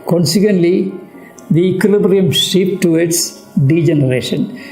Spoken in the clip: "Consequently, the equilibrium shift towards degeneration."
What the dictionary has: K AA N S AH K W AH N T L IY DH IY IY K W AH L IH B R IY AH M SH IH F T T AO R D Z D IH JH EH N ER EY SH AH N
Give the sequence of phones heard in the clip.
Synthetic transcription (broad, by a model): K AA N S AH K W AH N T L IY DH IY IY K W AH L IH B R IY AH M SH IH P T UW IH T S D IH JH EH N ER EY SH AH N